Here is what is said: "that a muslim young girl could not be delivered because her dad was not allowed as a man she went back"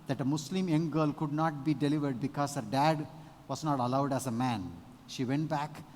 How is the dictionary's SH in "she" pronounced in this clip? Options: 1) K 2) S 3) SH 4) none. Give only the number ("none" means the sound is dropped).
3